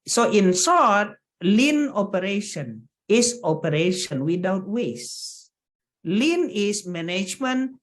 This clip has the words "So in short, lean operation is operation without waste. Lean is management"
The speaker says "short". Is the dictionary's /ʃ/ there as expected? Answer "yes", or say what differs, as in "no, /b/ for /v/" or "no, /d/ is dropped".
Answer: no, /s/ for /ʃ/